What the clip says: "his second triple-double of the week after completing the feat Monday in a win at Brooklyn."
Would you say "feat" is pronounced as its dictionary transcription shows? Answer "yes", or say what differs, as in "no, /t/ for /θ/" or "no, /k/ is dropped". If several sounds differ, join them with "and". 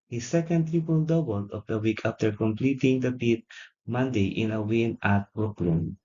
no, /p/ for /f/